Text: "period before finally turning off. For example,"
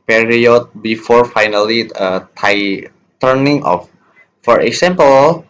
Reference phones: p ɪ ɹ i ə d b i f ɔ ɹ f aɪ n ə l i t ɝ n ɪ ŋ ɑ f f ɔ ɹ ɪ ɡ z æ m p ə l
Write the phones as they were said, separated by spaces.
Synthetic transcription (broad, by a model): p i ɹ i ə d b i f ɔ ɹ f aɪ n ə l i t ɝ n ɪ ŋ ɑ f f ɔ ɹ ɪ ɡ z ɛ m p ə l